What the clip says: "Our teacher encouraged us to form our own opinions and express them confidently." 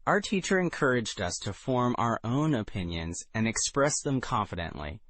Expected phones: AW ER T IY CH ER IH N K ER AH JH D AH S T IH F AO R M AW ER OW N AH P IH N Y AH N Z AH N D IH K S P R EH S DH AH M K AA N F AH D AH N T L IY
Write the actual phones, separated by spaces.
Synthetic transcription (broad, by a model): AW ER T IY CH ER IH N K ER AH JH D AH S T IH F AO R M AW ER OW N AH P IH N Y AH N Z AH N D IH K S P R EH S DH AH M K AA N F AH D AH N T L IY